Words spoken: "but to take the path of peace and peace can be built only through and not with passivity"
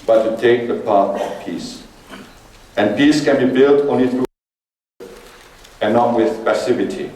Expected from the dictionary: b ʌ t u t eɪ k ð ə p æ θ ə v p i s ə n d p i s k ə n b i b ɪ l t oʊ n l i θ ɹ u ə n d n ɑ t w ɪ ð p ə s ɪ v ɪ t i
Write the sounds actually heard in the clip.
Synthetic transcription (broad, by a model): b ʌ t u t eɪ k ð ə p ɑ t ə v p i s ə n p i s k ə n b i b ɪ l t oʊ n l i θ ɹ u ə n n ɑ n w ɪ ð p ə s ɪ v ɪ t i